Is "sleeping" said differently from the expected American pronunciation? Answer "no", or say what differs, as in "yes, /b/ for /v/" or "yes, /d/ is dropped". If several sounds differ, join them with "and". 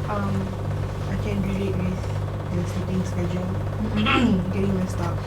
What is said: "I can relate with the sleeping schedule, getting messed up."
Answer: yes, /l/ is dropped